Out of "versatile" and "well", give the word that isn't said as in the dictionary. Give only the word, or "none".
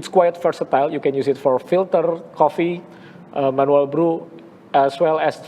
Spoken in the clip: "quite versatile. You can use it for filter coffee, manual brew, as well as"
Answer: versatile